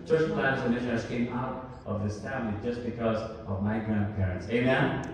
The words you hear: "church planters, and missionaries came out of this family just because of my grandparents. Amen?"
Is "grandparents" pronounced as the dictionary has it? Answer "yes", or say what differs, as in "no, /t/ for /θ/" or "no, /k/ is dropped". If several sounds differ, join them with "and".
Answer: yes